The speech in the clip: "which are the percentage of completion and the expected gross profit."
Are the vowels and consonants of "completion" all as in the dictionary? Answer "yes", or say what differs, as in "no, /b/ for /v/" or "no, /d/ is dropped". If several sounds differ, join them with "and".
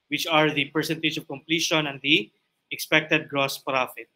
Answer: yes